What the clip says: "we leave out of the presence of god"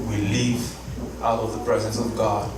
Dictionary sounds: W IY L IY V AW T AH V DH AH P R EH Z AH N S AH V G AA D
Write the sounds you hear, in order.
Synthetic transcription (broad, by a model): W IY L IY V AW T AH V DH AH P R EH Z AH N S AH V G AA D